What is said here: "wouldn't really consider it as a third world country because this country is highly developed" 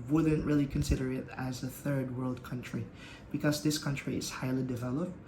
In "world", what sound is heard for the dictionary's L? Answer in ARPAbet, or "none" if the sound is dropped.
L